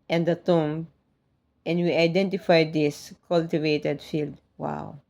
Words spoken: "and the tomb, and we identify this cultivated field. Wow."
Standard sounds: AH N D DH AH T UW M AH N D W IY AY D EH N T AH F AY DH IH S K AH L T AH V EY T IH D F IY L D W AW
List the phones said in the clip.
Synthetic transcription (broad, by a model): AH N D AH T UW M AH N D W IY AY D EH N T AH F AY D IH S K AH L T AH V EY T IH D F IY L D W AW